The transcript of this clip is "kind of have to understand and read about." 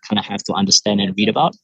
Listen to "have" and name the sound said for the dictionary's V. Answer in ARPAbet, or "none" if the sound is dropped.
F